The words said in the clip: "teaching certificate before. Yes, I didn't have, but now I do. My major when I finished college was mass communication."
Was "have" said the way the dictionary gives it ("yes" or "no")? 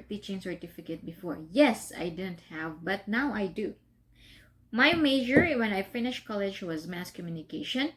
yes